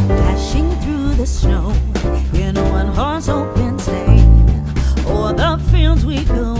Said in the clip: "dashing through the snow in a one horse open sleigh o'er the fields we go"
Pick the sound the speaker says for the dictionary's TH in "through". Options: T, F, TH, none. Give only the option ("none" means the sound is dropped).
TH